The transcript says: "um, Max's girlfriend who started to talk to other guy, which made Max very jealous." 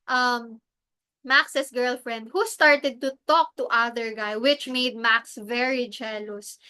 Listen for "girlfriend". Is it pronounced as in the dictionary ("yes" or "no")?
yes